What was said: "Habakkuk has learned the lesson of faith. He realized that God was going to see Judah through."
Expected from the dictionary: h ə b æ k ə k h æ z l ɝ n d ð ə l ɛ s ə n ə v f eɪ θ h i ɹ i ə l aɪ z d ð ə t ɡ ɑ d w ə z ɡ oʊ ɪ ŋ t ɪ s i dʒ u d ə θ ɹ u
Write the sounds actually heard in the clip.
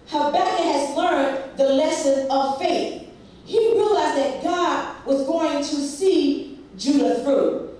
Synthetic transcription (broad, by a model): h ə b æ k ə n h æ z l ɝ n ð ə l ɛ s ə n ə v f eɪ θ h i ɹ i l aɪ z ð ə t ɡ ɑ d w ə z ɡ oʊ ɪ ŋ t ɪ s i dʒ u d ə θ ɹ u